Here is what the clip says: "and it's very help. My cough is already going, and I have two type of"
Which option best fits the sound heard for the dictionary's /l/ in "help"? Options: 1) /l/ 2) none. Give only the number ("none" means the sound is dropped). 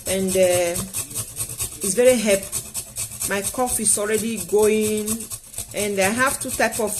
2